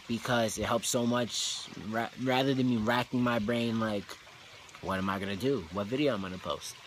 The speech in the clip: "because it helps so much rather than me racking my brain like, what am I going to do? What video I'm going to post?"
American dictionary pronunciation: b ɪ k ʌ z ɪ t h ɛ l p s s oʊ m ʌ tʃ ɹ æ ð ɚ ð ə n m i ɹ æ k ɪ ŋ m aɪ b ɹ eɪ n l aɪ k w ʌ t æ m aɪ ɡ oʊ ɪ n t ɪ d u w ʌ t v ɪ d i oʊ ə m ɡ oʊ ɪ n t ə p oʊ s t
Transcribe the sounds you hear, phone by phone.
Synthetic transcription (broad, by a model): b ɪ k ʌ z ɪ t h ɛ l p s s oʊ m ʌ tʃ ɹ æ ð ɚ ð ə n m i ɹ æ k ɪ ŋ m aɪ b ɹ eɪ n l aɪ k w ʌ t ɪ m aɪ ɡ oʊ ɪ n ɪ d u w ʌ t v ɪ d i oʊ ə m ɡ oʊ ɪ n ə p oʊ s t